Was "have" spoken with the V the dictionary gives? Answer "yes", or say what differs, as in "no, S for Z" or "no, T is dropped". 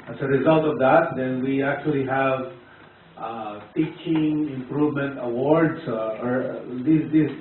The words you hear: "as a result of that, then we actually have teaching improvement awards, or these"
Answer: yes